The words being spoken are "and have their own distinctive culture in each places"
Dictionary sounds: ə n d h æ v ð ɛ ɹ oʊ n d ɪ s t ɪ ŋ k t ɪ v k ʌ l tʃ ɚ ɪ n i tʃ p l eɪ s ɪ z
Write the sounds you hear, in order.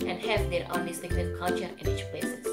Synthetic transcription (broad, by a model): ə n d h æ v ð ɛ ɹ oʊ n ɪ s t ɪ k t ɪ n k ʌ l tʃ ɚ ɪ n i tʃ p l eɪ s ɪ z